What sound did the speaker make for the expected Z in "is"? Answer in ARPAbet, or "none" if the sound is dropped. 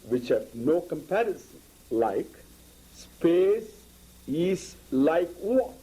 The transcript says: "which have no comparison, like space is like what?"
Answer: S